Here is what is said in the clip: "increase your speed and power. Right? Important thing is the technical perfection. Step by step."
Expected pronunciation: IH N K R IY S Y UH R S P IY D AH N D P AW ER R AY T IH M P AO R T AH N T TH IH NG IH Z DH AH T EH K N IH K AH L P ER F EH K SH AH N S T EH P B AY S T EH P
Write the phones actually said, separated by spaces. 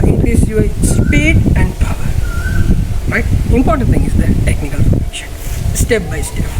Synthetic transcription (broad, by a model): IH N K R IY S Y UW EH S P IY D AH N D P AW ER R AY T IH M P AO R T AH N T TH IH NG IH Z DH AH T EH K N IH K AH L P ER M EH SH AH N S T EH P B AY S T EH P